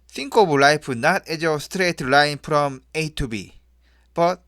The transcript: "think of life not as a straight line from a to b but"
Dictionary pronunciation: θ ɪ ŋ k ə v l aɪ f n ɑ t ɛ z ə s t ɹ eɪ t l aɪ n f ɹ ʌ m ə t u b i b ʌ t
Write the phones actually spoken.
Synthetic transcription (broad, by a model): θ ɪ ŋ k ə b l aɪ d n ɑ t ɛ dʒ ə s t ɹ eɪ t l aɪ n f ɹ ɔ m ə t u b i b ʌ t